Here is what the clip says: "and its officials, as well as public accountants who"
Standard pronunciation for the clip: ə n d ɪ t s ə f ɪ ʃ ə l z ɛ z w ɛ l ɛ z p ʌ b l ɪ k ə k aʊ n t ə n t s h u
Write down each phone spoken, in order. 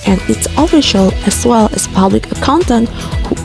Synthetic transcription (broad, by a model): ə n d ɪ t s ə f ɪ ʃ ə l ɛ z w ɛ l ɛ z p ʌ b l ɪ k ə k aʊ n t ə n t h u